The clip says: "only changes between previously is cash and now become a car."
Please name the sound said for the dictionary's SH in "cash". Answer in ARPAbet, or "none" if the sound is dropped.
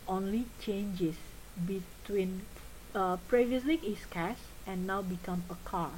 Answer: S